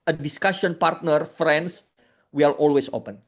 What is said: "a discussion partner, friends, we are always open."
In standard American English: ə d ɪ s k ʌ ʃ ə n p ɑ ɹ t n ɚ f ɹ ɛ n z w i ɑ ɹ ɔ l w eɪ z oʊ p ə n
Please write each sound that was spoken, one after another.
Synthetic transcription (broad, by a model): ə d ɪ s k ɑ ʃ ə n p ɑ ɹ t n ɚ f ɹ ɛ n s w i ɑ l ɔ l w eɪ s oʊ p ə n